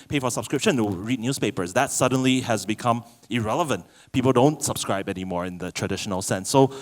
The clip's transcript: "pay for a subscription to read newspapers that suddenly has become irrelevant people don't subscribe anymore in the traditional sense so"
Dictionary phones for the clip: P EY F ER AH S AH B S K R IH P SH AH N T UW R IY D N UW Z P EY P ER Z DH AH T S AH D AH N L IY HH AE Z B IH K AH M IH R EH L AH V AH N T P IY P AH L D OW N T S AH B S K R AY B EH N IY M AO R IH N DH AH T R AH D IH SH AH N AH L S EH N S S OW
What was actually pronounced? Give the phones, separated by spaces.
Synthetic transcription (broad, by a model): P EY F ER AH S AH B S K R IH P SH AH N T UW R IY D N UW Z P EY P ER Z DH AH T S AH D AH N L IY HH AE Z B IH K AH M IH R EH L AH V AH N T P IY P AH L D OW N T S AH B S K R AY B EH N IY M AO R IH N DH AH T R AH D IH SH AH N AH L S EH N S S OW